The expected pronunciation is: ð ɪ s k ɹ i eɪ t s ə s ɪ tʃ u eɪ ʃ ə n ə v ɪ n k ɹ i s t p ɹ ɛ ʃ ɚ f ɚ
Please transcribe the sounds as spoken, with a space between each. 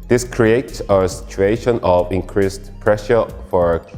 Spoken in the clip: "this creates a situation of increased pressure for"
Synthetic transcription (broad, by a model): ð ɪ s k ɹ i eɪ t s ə s ɪ tʃ u eɪ ʃ ə n ə v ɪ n k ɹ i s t p ɹ ɛ ʃ ɚ f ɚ